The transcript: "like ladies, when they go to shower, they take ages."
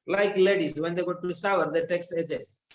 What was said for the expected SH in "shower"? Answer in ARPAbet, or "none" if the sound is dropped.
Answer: S